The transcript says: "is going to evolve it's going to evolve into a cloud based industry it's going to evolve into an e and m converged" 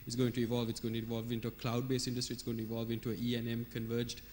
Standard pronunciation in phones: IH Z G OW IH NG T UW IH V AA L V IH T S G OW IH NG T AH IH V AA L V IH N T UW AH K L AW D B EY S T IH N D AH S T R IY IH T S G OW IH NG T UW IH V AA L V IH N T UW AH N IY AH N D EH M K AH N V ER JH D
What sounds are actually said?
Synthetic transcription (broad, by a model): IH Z G OW IH NG T UW IH V AA L V IH T S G OW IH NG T IH V AA L V IH N T UW AH K L AW D B EY S IH N D AH S T R IY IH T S G OW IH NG T UW IH V AA L V IH N T UW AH IY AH N EH M K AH N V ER JH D